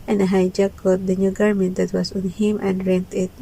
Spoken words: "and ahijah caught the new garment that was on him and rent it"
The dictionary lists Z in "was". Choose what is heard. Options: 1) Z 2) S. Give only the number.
2